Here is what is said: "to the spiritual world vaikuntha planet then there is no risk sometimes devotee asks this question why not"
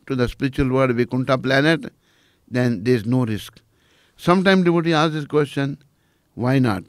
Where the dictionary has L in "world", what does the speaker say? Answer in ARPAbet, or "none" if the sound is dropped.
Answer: none